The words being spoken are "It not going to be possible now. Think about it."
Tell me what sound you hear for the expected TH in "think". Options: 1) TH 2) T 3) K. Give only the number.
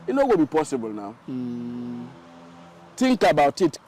2